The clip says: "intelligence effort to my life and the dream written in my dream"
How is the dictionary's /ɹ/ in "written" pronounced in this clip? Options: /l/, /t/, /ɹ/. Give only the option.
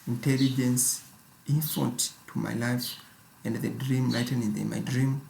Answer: /l/